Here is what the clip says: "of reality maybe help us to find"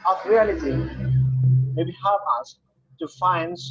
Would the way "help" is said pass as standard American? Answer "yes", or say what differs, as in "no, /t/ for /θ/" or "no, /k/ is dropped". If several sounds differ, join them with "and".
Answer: no, /l/ is dropped